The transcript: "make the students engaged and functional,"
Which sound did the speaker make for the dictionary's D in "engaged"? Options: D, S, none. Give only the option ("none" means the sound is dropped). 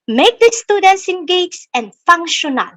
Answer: none